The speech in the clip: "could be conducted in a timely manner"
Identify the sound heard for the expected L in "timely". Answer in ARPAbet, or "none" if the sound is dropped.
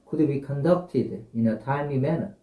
none